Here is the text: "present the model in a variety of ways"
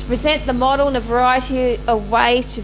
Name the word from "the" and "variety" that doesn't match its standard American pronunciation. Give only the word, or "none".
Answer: none